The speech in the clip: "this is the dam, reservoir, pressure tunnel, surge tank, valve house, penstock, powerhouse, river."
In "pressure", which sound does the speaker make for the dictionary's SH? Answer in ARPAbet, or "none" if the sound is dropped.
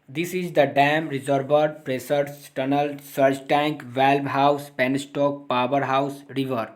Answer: S